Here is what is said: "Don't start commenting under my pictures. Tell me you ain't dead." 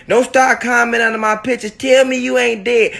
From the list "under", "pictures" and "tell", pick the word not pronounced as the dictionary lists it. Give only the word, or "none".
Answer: pictures